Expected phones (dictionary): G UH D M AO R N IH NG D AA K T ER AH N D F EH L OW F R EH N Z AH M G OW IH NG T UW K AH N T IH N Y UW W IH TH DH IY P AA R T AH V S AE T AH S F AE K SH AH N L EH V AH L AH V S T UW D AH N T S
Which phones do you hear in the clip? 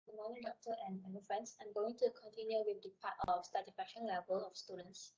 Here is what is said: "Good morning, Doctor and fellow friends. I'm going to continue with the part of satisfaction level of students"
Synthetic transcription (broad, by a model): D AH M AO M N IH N D AA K T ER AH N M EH N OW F R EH N S AH M G OW IH NG T UW K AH N T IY N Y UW W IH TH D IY P AA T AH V S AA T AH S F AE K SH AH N L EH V AH L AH F S T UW D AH N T S